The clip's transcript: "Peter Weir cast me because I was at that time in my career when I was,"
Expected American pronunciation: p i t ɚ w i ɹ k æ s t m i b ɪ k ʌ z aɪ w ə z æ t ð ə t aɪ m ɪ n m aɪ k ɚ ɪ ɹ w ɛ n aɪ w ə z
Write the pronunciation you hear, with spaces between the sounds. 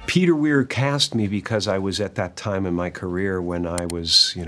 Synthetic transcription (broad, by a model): p i t ɚ w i ɹ k æ s t m i b ɪ k ʌ z aɪ w ə z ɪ t ð ə t aɪ m ɪ n m aɪ k ɚ ɪ ɹ w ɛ n aɪ w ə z